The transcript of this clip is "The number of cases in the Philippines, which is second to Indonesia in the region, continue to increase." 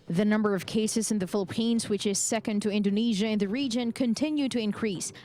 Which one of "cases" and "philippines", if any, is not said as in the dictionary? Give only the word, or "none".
none